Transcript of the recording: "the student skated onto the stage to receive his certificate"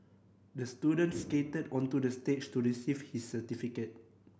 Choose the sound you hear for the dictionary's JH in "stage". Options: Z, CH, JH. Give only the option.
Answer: CH